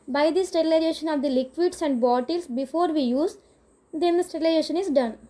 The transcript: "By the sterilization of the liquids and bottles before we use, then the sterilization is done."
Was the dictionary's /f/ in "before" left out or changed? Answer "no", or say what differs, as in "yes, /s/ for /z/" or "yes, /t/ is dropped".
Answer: no